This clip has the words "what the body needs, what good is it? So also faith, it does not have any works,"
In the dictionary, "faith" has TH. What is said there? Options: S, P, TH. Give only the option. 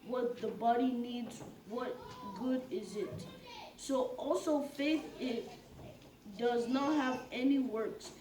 TH